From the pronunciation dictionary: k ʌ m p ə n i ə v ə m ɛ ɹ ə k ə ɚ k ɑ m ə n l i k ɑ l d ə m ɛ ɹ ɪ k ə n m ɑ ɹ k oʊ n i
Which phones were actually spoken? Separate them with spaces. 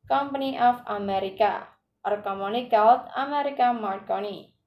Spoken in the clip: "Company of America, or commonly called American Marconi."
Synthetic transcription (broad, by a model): k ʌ m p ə n i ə f ə m ɛ ɹ ə k ə ɚ k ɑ m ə n i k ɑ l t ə m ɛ ɹ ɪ k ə m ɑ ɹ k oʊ n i